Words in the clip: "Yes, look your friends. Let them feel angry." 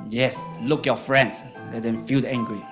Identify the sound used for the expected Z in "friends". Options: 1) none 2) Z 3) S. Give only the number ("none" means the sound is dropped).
3